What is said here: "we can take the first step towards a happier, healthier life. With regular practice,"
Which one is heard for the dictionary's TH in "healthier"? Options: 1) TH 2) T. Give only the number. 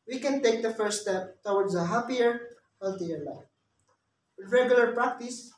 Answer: 2